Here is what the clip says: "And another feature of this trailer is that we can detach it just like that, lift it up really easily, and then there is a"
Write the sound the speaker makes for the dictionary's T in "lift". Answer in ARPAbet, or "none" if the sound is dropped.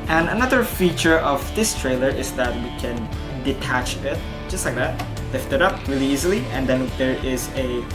T